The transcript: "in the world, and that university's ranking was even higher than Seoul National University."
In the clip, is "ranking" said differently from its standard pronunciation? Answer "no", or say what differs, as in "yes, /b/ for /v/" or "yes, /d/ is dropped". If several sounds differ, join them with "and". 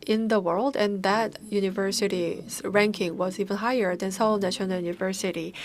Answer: no